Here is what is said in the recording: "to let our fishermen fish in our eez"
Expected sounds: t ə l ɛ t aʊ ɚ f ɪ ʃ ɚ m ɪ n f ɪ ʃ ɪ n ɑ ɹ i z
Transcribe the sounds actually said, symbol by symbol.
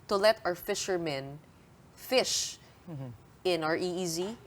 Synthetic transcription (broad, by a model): t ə l ɛ t aʊ ɚ f ɪ ʃ ɚ m ɪ n f ɪ ʃ ɪ n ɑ ɹ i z